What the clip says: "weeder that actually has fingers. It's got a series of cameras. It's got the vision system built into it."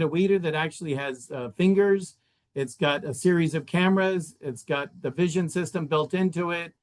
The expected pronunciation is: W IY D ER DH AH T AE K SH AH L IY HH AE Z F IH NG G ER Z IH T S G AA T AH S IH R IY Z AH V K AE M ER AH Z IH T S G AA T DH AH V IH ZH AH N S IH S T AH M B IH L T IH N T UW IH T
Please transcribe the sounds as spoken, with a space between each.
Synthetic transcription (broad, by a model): W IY D ER DH AH T AE K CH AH L IY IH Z F IH NG G ER Z IH T S G AA T AH S IH R IY Z AH V K AE M ER AH Z IH T S G AA T DH AH V IH ZH AH N S IH S T AH M B IH L T IH N T UW IH T